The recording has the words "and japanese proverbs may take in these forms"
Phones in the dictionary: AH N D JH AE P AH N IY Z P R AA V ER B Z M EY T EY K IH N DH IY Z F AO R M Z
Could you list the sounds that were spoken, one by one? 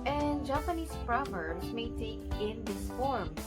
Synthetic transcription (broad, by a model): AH N JH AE P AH N IY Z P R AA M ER Z M EY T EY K IH N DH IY S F AO R M